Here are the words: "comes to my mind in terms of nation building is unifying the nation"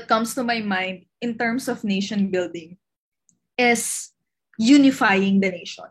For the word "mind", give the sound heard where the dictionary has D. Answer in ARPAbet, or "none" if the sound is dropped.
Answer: D